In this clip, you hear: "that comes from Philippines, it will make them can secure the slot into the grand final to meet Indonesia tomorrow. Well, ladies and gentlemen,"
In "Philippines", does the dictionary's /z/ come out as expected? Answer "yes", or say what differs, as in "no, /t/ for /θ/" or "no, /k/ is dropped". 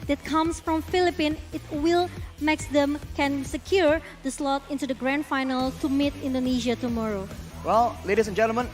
no, /z/ is dropped